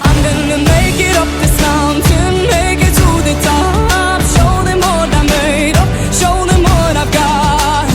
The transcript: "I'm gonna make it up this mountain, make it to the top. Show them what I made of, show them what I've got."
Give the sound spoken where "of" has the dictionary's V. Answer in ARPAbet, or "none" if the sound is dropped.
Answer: P